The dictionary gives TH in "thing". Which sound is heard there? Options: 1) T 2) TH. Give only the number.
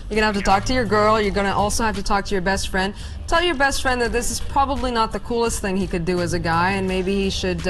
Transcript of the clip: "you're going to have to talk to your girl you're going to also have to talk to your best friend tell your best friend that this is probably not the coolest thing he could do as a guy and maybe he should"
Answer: 2